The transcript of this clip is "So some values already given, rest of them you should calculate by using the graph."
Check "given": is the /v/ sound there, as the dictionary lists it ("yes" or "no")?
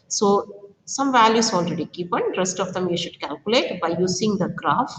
no